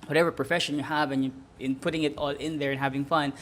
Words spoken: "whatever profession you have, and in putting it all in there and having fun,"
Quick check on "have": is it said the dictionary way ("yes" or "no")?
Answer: yes